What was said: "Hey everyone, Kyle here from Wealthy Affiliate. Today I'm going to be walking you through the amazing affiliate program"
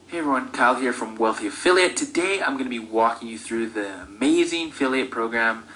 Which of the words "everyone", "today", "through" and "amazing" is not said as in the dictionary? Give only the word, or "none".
none